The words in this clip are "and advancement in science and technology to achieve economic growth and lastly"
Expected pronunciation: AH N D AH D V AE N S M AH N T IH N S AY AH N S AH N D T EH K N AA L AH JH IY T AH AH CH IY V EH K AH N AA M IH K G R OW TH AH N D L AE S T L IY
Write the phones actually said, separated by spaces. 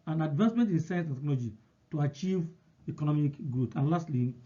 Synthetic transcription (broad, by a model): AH N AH D V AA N S M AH N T IH N S AY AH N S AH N T EH K N AA L AH JH IY T AH AH CH IY V EH K AH N AA M IH K G R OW T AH N L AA S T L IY